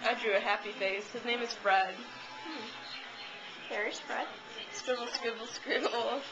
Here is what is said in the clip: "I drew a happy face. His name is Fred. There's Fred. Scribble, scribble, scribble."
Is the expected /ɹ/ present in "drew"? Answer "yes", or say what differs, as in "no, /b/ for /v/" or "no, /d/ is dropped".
yes